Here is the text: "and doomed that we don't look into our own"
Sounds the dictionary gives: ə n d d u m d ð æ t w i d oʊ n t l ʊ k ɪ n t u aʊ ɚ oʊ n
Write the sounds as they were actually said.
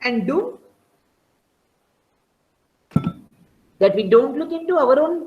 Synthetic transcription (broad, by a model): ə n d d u d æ t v i d oʊ n t l ʊ k ɪ n t u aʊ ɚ oʊ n